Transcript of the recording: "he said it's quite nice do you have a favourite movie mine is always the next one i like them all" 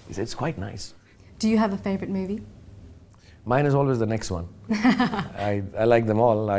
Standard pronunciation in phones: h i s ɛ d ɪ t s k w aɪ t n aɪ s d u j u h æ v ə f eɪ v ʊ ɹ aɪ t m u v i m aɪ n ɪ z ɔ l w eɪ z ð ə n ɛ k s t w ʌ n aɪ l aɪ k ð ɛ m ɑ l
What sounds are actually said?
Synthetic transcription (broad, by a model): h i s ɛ ɪ t s k w aɪ t n aɪ s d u j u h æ v ə f eɪ v ɹ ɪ t m u v i m aɪ n ɪ z ɔ l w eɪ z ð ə n ɛ k s t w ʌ n aɪ l aɪ k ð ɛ m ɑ l